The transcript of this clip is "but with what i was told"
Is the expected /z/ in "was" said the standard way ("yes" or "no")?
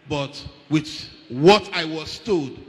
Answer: no